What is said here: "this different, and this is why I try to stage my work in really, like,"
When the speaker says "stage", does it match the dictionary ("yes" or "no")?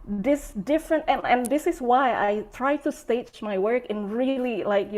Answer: no